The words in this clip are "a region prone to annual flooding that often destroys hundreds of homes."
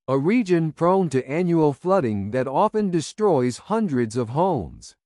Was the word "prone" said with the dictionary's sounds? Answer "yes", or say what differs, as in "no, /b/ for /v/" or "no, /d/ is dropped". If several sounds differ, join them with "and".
yes